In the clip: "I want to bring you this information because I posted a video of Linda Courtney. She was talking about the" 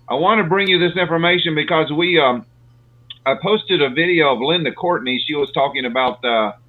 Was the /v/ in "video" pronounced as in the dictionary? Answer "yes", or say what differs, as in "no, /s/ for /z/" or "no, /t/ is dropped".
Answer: yes